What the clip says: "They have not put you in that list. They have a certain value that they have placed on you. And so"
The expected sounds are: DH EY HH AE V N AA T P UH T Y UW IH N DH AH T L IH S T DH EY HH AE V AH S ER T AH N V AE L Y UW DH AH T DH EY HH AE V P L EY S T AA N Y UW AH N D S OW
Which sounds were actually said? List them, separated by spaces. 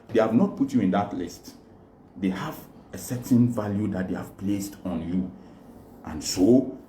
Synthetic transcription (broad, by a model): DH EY HH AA V N AA T P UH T Y UW IH N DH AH T L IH S T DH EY HH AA V AH S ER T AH N V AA L Y UW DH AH T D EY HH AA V P L EY S T AA N Y UW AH N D S OW